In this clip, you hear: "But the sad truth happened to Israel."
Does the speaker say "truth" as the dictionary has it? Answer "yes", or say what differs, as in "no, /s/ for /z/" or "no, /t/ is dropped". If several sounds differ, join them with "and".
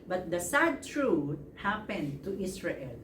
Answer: no, /t/ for /θ/